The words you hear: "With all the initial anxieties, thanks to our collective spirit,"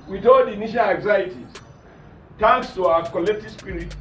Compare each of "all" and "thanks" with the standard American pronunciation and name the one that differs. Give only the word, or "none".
thanks